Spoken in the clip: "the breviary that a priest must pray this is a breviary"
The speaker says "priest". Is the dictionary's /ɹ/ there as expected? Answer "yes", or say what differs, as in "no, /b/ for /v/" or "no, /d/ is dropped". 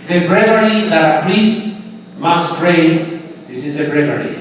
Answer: no, /l/ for /ɹ/